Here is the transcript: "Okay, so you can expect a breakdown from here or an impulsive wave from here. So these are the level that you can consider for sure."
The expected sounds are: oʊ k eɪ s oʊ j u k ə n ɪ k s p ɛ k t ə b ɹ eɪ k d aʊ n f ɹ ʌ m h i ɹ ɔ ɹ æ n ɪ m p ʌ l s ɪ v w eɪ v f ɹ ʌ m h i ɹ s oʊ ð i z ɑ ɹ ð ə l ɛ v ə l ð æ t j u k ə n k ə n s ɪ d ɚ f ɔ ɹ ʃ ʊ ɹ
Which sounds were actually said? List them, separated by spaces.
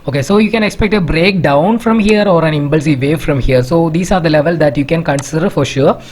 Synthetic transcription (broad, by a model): oʊ k eɪ s oʊ j u k ə n ɪ k s p ɛ k t ə b ɹ eɪ k d aʊ n f ɹ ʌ m h i ɹ ɔ ɹ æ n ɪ m b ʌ l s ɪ v eɪ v f ɹ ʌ m h i ɹ s oʊ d i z ɑ ɹ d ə l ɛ v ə l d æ t j u k ə n k ə n s ɪ d ɚ f ɔ ɹ ʃ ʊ ɹ